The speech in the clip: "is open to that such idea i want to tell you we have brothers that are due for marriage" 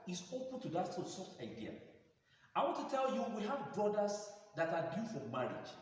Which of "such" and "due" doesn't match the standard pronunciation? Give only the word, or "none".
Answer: such